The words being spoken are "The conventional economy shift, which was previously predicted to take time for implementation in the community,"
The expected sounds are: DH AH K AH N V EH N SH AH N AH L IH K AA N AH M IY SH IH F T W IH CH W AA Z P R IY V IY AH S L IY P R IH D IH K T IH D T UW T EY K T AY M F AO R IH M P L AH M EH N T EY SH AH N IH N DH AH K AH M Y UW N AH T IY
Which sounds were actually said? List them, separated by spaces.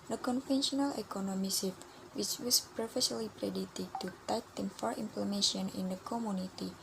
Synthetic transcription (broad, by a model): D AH K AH N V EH N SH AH N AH L IH K AA N AH M IY S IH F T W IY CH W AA S P R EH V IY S L IY P R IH D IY T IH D T UW T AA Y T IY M F AO R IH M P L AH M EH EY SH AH N IH N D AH K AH M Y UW N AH T IY